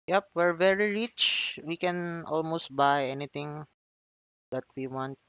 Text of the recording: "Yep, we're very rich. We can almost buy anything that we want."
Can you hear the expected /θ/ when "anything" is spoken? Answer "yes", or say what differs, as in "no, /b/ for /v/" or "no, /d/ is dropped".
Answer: no, /t/ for /θ/